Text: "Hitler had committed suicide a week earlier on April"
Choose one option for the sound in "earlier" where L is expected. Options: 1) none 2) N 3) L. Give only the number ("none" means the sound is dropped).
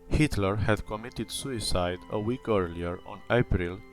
3